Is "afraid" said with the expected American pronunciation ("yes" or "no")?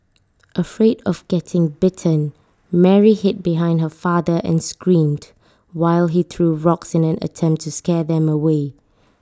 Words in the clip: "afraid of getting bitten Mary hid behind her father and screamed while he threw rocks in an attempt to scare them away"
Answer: yes